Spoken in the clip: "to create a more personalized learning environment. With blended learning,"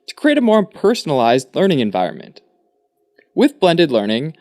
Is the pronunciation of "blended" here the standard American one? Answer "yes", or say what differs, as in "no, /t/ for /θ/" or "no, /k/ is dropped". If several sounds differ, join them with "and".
yes